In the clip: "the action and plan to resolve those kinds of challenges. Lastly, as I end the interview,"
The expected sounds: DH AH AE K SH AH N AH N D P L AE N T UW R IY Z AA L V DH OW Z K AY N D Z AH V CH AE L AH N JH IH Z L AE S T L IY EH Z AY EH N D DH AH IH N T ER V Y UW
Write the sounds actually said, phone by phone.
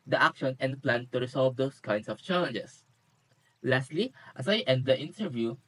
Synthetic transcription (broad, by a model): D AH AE K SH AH N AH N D P L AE N T UW R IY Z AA L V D OW S K AY N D S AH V CH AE L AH N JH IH S L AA S T L IY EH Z AY EH N D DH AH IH N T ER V Y UW